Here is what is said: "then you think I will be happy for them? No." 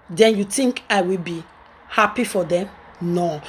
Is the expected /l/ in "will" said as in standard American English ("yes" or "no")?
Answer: yes